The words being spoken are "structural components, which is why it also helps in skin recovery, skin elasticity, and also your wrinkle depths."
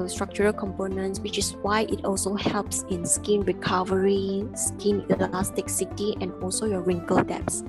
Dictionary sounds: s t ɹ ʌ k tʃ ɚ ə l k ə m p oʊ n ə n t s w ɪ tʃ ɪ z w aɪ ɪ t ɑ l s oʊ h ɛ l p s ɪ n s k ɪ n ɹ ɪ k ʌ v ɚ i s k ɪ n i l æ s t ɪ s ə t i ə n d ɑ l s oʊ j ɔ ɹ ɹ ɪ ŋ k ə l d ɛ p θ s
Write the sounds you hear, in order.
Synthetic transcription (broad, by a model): s t ɹ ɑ k tʃ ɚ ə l k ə m p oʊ n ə n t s w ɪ tʃ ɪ s w aɪ ɪ t ɑ l s oʊ h ɛ l p s ɪ n s k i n ɹ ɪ k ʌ v ɚ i s k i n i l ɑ s t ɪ s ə t i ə n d ɑ l s oʊ j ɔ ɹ ɹ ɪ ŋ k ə l d ɛ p s